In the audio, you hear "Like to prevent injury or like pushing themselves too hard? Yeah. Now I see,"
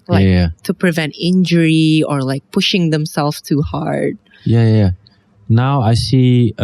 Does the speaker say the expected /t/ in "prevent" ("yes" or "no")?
yes